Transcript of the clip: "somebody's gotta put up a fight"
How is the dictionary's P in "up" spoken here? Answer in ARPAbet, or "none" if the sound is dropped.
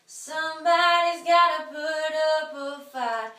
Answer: P